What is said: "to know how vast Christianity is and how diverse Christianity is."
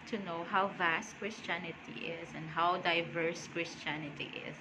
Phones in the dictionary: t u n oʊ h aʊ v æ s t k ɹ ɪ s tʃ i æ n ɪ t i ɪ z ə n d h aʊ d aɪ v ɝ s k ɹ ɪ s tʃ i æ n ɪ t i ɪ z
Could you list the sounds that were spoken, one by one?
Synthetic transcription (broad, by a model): t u n oʊ h aʊ v æ s t k ɹ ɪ s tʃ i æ n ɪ t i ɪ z ə n d h aʊ d aɪ v ɝ s k ɹ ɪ s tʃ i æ n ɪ t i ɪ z